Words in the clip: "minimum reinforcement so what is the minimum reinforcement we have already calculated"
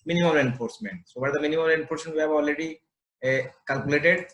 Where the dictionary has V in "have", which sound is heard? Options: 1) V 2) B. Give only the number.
2